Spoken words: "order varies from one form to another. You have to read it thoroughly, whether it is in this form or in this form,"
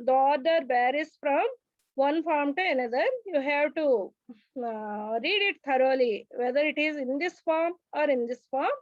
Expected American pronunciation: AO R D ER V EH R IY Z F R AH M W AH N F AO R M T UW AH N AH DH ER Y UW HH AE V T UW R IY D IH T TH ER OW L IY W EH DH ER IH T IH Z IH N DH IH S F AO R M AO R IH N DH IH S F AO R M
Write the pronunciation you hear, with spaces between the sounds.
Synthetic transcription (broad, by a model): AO R D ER B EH R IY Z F R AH M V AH N F AO R M T UW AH N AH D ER Y UW HH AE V T UW R IY D IH T T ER OW L IY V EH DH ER IH T IH Z IH N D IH S F AO R M AO R IH N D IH S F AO R M